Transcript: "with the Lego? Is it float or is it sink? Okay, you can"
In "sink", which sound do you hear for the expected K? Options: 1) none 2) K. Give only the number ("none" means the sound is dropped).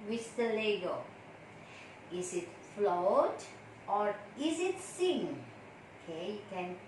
1